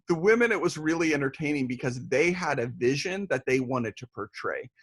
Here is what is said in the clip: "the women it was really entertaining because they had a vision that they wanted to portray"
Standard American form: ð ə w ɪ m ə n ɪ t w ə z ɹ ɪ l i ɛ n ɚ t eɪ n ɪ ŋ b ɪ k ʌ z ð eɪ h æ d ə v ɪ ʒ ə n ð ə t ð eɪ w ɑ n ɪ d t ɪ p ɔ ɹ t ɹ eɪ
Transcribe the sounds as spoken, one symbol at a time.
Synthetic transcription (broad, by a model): ð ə w ɪ m ə n ɪ t w ə z ɹ ɪ l i ɛ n ɚ t eɪ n ɪ ŋ b ɪ k ʌ z ð eɪ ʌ d ə v ɪ ʒ ə n ð ə t ð eɪ w ɑ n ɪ d t ɪ p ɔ ɹ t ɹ eɪ